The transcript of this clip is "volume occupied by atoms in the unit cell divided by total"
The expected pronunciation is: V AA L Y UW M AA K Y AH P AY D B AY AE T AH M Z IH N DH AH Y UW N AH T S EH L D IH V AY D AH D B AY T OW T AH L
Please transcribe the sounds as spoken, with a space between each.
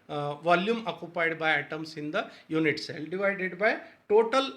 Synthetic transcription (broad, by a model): V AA L Y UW M AA K Y AH P AY D B AY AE T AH M S IH N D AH Y UW N AH T S EH L D IH V AY D AH D B AY T OW T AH L